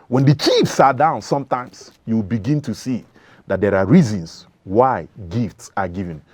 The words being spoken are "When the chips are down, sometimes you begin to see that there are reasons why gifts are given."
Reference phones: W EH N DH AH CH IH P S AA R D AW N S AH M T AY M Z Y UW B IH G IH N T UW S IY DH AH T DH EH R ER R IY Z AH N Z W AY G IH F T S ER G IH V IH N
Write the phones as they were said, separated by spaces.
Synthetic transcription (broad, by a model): W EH N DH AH CH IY F S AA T D AW N S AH M T AY M S Y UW B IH G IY N T UW S IY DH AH T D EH R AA R IY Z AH N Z W AY G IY F T S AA G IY V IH N